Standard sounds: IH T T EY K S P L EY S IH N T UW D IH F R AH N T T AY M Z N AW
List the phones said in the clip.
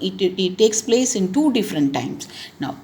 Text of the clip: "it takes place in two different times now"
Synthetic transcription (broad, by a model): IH T T EY K S P L EY S IH N T UW D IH F R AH N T T AY M S N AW